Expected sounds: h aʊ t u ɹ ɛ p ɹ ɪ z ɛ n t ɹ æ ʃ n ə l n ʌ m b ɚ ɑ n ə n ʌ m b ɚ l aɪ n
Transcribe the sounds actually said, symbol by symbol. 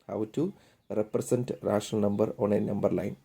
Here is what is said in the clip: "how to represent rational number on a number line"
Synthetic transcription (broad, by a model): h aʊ t u ɹ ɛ p ɹ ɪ s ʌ n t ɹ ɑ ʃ ə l n ʌ m b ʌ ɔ n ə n ʌ m b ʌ l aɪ n